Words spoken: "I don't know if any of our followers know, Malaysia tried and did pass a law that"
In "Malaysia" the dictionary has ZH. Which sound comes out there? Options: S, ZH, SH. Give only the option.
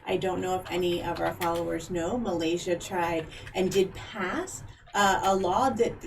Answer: ZH